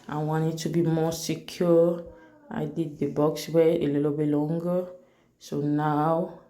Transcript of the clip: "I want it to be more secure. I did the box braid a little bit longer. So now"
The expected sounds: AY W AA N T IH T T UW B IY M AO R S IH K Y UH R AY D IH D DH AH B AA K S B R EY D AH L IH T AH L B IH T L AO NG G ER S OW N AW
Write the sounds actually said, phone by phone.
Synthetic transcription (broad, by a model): AY W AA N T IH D T UW B IY M AO S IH K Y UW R AY D IH D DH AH B AA K S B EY AH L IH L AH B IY L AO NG G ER S OW N AW